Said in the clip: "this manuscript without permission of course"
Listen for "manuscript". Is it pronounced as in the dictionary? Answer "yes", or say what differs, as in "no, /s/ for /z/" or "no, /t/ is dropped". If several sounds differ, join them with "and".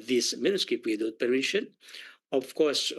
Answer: no, /ɹ/ is dropped